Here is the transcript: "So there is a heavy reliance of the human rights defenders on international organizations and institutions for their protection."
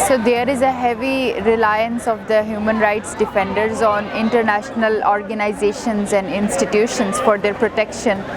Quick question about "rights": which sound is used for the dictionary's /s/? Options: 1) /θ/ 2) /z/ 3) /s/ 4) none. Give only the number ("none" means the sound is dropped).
3